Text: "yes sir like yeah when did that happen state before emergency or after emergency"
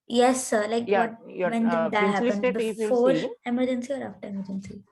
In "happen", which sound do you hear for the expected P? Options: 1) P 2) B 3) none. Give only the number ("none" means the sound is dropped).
3